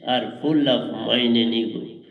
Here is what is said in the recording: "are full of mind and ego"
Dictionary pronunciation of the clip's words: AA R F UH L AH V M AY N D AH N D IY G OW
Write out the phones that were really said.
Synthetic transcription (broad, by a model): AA R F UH L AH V M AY N AH N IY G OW